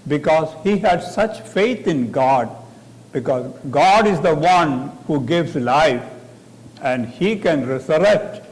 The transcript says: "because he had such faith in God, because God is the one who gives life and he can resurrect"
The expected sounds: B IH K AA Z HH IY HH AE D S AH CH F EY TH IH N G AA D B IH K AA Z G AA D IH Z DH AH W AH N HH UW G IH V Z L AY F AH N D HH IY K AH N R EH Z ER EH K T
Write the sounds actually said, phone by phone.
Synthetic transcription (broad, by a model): B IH K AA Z HH IY HH AE D S AH CH F EY T IH N G AA D B IH K AA Z G AA D IH Z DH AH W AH N HH UW G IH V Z L AY F AH N D HH IY K AH N R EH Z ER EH K T